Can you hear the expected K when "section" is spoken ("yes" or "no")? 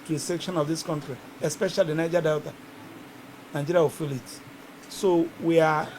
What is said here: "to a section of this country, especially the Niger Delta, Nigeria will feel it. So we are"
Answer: yes